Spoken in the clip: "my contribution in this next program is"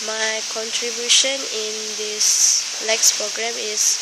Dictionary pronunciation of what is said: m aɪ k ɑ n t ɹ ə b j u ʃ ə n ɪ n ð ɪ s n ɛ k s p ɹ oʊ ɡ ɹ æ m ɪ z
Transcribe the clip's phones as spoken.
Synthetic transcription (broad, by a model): m aɪ k ɑ n t ɹ ə b j u ʃ ə n ɪ n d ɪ s l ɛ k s p ɹ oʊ ɡ ɹ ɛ m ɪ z